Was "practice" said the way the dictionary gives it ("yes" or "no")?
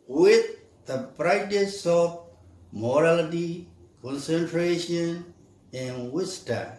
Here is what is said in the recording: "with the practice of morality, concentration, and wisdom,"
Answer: no